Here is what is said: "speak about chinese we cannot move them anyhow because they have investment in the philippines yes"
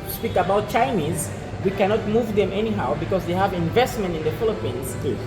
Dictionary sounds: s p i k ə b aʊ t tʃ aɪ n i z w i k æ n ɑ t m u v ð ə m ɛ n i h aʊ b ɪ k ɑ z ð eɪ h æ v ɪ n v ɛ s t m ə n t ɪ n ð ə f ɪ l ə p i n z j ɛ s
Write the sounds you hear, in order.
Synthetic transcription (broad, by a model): s p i k ə b aʊ t tʃ aɪ n i z w i k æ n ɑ t m u v ð ə m ɛ n i h aʊ b ɪ k ɑ z ð eɪ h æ v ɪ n v ɛ s t m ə n t ɪ n ð ə f ɪ l ə p i n z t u